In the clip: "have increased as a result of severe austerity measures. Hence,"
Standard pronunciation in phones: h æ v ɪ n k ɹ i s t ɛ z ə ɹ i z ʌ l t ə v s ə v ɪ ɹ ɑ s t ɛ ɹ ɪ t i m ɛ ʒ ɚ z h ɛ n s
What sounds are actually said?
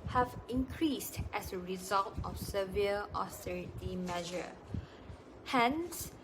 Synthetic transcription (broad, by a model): h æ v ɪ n k ɹ i s t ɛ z ə ɹ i z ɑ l t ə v s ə v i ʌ ɑ s t ɛ ɹ ɪ t i m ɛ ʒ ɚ h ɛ n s